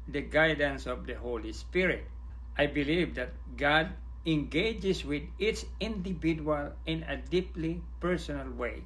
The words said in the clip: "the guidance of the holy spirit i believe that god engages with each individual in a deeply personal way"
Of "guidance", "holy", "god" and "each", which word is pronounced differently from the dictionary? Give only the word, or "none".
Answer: each